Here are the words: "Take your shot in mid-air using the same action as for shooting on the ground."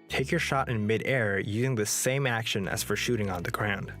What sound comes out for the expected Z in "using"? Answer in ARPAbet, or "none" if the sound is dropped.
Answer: Z